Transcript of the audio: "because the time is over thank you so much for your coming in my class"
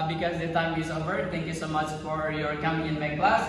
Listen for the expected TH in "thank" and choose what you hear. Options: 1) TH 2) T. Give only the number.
2